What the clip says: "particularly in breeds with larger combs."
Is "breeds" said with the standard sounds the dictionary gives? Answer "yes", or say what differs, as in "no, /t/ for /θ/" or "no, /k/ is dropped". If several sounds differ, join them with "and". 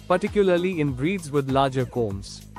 yes